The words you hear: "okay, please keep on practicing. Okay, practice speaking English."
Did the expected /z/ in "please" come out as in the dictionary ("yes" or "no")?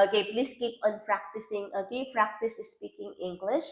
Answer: no